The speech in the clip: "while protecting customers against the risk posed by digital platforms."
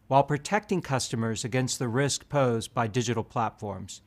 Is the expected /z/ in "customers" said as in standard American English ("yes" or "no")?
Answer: yes